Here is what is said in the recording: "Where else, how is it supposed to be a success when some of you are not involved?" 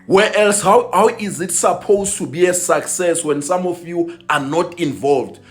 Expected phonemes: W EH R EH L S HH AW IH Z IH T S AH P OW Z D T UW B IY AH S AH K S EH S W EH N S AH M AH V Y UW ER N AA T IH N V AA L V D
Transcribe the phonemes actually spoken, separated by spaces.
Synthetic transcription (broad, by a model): W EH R EH L S HH AW IH Z IH T S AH P OW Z T UW B IY AH S AH K S EH S W EH N S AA M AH F Y UW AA N AA T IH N V AA L V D